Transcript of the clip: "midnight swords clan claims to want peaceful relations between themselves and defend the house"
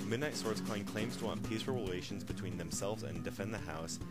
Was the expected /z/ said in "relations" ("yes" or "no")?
yes